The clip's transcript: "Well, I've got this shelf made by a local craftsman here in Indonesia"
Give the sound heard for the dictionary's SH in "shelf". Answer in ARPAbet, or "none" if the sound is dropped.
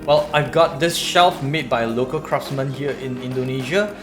SH